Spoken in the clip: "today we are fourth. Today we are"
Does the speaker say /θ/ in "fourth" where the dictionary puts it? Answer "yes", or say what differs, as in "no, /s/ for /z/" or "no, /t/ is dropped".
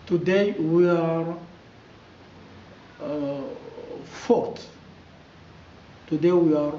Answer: no, /t/ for /θ/